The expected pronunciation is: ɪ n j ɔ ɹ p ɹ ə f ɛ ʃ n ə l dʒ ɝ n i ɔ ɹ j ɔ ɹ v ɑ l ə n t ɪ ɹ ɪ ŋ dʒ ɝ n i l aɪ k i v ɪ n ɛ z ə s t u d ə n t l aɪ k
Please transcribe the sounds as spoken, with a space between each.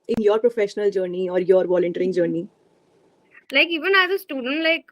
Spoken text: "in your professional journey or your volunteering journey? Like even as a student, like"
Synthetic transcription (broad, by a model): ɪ n j ɔ ɹ p ɹ ə f ɛ ʃ n ə l dʒ ɝ n i ɔ ɹ j ɔ ɹ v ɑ l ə n t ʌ ɹ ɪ ŋ dʒ ɝ n i l aɪ k i v ɪ n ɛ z ə s t u d ə n t l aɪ k